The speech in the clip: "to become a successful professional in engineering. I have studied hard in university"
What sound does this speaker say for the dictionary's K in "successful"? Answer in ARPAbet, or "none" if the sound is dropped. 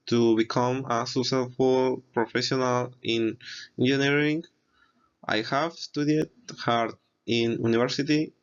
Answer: none